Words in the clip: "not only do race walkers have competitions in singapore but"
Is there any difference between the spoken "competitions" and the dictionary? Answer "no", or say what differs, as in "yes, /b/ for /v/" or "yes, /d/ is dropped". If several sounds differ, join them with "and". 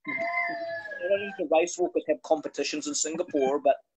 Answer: no